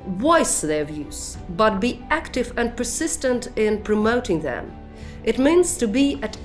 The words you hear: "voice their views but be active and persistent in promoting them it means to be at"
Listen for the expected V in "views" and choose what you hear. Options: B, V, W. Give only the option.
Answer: V